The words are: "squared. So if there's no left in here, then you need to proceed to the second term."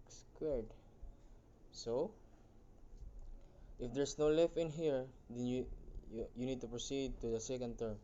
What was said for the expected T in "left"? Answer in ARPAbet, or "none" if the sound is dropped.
none